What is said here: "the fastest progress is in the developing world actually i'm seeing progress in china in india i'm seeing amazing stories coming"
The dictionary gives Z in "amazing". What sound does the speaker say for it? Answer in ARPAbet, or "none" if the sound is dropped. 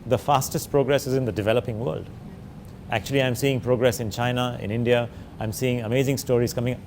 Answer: Z